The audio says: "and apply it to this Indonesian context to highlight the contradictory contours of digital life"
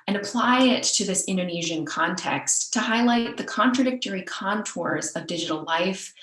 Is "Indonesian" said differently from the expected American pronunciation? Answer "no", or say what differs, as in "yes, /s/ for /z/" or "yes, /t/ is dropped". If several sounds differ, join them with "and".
no